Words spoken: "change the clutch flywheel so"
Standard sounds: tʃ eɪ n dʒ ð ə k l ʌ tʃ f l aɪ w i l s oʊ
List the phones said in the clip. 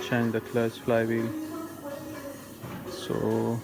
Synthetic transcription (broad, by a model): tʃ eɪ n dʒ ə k l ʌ s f l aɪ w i l s oʊ